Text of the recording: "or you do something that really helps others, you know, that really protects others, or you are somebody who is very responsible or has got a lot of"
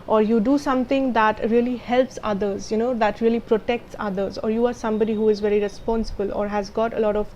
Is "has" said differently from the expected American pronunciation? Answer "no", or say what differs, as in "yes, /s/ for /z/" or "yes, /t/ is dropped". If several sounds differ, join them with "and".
no